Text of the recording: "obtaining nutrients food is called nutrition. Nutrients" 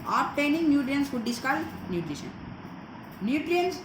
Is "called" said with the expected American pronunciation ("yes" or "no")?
no